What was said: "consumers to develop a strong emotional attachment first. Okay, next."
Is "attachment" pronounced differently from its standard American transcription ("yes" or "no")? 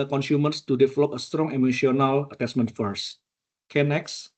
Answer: yes